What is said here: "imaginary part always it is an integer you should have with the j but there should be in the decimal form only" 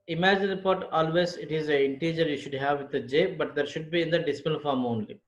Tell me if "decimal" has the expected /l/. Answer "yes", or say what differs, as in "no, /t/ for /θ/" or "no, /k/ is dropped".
no, /n/ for /l/